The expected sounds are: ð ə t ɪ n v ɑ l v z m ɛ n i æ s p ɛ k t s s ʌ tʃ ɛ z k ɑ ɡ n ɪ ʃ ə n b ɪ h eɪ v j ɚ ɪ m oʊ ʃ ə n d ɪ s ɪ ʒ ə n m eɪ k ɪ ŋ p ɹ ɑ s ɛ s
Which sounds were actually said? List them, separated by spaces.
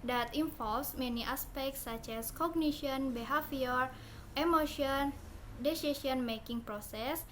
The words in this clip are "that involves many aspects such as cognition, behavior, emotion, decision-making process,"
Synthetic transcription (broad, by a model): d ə t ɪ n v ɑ l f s m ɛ n i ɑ s p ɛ k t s s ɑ tʃ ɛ s k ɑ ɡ n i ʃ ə n b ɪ h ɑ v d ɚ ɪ m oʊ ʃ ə n d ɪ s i ʃ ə n m eɪ k ɪ ŋ p ɹ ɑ s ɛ s